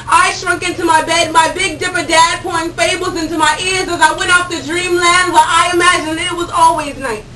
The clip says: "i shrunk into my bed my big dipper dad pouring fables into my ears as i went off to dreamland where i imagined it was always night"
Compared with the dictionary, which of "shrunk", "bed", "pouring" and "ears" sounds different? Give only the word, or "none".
pouring